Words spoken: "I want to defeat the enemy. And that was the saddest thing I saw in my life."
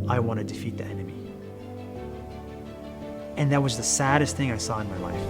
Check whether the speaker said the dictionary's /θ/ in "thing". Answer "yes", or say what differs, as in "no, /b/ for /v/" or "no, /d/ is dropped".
yes